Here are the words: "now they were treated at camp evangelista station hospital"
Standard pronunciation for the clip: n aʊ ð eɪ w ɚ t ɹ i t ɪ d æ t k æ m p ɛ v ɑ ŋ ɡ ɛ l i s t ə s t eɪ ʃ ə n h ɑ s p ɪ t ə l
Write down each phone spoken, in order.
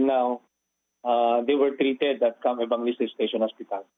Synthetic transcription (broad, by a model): n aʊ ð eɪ w ɚ t ɹ i t ɪ d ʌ t k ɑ m ɛ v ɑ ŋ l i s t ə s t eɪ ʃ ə n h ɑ s p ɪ t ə l